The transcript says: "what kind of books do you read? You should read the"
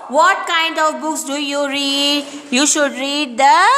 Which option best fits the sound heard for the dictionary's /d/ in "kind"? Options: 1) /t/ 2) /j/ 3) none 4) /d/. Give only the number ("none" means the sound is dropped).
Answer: 4